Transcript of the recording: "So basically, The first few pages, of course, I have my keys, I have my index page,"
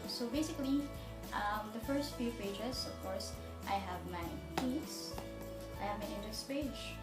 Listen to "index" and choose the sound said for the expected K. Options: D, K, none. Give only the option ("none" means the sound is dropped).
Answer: none